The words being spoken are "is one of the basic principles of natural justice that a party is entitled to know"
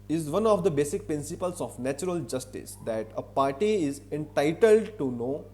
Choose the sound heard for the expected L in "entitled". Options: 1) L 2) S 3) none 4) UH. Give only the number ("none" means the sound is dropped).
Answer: 1